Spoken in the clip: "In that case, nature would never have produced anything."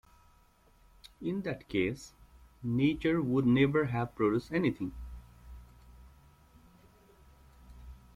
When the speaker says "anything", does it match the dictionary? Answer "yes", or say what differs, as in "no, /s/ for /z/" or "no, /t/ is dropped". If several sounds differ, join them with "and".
no, /t/ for /θ/